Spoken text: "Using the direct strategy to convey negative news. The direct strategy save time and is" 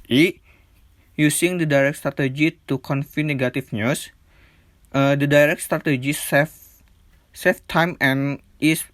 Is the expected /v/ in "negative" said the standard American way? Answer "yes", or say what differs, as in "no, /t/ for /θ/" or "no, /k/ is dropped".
no, /f/ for /v/